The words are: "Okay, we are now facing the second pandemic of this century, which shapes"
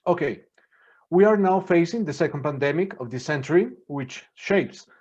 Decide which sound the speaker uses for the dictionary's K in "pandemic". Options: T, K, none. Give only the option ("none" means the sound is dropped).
K